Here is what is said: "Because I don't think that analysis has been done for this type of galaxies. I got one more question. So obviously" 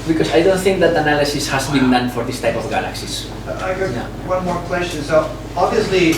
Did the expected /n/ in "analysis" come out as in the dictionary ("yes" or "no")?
yes